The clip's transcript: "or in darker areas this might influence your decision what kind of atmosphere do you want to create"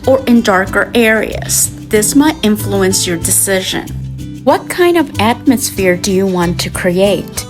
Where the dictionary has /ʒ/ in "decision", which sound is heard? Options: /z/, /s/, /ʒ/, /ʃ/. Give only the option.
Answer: /ʒ/